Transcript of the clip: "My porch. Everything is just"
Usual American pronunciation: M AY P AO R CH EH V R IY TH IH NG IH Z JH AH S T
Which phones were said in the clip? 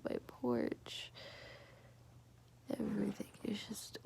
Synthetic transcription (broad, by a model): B AY P AO R CH EH V R IY TH IH NG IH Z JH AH S T